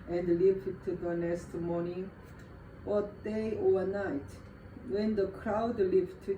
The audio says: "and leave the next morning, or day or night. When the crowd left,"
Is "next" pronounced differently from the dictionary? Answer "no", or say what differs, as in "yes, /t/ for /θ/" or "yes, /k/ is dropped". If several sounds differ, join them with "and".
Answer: yes, /k/ is dropped